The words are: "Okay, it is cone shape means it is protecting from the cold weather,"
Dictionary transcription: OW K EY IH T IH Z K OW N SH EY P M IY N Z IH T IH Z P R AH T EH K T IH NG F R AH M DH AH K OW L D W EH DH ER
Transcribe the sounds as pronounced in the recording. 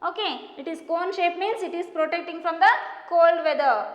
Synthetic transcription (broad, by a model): OW K EY IH T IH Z K OW N SH EY P M IY N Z IH T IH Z P R AH T EH K T IH NG F R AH M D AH K OW L D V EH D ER